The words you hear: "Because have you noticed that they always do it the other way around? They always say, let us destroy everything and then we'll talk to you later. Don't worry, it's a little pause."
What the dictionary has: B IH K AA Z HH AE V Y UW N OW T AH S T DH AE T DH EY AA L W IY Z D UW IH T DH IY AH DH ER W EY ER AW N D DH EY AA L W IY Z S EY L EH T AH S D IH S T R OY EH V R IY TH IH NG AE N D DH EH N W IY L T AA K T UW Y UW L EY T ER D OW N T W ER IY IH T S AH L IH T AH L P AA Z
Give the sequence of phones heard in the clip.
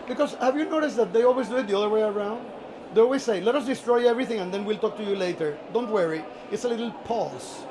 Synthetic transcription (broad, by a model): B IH K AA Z HH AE V Y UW N OW T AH S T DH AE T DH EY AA L W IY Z D UW IH T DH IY AH DH ER W EY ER AW N D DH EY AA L W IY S S EY L EH T AH S D IH S T R OY EH V R IY TH IH NG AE N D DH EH N W IY L T AA K T UW Y UW L EY T ER D OW N T W ER IY IH T S AH L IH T L P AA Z